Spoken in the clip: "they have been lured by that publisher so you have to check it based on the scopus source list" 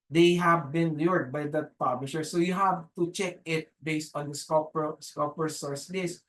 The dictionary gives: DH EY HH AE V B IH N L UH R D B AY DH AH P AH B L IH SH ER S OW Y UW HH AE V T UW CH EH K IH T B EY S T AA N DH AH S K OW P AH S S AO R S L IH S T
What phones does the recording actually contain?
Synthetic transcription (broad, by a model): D EY HH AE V B IH N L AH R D B AY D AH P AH B L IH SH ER S OW Y UW HH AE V T UW CH EH K IH T B EY S T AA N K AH S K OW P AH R S AO R S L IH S